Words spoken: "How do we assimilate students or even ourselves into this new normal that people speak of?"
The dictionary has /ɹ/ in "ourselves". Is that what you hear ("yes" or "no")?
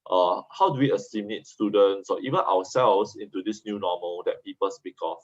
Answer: no